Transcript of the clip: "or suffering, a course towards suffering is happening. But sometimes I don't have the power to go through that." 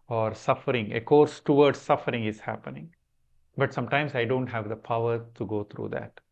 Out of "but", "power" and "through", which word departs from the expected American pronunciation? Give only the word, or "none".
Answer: through